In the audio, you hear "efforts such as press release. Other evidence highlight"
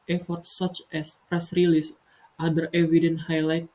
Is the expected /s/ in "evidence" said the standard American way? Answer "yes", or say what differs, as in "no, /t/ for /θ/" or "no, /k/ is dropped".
no, /s/ is dropped